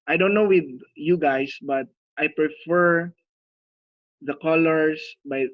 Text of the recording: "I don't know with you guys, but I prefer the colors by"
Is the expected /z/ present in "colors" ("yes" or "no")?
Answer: no